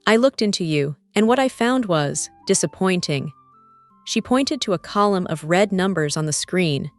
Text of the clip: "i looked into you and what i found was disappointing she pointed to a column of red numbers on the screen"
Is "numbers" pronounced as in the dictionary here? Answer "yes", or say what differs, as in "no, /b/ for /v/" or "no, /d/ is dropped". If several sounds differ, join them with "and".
yes